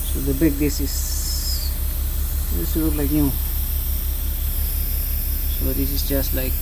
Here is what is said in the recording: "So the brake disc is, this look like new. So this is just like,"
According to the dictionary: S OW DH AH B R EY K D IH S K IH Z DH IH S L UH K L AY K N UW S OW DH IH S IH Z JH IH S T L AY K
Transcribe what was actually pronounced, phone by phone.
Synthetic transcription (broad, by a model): S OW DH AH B EY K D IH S IH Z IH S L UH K L AY K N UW S OW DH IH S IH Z JH IH S T L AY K